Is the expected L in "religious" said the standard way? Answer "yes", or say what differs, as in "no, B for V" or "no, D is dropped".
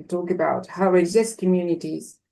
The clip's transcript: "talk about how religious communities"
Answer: no, L is dropped